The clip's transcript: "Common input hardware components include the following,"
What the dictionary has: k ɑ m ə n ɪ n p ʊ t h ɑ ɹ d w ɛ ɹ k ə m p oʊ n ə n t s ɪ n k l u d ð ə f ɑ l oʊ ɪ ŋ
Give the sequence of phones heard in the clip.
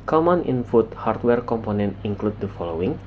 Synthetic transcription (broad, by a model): k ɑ m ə n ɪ n f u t h ɑ ɹ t w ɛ ɹ k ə m p oʊ n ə n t ɪ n k l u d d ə f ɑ l oʊ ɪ ŋ